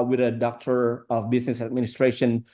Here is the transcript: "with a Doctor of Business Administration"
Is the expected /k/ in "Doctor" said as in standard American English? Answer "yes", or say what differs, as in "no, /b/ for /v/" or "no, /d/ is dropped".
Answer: yes